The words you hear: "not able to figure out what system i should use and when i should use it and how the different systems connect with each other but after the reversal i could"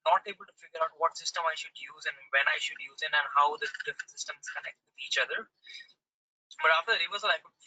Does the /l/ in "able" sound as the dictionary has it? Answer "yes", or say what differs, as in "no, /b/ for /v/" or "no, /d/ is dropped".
yes